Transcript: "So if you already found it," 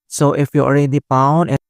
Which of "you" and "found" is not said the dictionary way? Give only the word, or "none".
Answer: found